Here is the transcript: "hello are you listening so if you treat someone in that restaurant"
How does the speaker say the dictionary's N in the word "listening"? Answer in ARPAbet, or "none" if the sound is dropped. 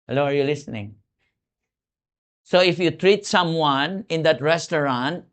N